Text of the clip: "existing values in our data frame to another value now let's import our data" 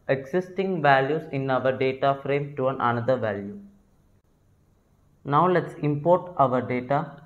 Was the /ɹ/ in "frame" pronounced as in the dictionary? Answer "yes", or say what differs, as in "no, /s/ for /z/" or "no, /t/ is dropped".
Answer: yes